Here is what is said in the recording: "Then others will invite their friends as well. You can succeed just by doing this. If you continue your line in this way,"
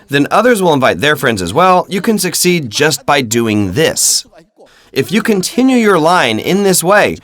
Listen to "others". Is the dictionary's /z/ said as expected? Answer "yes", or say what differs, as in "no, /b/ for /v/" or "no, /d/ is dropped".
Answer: yes